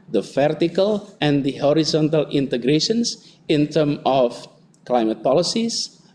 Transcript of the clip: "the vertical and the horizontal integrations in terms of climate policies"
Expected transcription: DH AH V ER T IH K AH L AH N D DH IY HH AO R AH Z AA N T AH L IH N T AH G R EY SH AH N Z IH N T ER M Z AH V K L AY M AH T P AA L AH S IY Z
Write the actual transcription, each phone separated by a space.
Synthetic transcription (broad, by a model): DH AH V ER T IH K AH L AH N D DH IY HH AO R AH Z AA N T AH L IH N T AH G R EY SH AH N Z IH N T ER M AH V K L AY M AH T P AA L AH S IY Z